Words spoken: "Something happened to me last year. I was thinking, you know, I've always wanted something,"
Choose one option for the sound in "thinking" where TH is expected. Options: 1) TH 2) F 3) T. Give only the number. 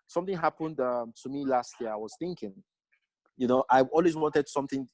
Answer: 1